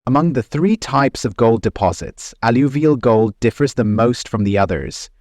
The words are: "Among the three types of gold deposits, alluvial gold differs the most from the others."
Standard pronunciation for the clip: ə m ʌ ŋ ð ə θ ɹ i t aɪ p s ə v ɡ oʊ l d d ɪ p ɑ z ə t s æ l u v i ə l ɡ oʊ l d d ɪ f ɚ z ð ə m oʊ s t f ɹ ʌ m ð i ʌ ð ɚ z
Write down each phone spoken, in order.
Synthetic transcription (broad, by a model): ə m ʌ ŋ ð ə θ ɹ i t aɪ p s ə v ɡ oʊ l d d ɪ p ɑ z ə t s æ l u v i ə l ɡ oʊ l d d ɪ f ɚ z ð ə m oʊ s t f ɹ ʌ m ð i ʌ ð ɚ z